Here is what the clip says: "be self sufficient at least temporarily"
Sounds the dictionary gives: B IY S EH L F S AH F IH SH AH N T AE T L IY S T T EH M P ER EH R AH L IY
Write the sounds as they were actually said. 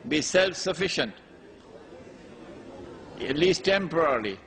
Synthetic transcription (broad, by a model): B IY S EH L F S AH F IH SH AH N T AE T L IY S T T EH M P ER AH R L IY